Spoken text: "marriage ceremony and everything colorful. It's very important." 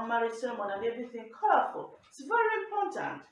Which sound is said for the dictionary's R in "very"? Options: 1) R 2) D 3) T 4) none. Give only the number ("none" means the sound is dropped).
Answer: 1